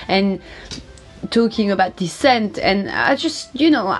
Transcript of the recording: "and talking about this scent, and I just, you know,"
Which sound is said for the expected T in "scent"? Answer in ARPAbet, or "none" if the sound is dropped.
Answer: T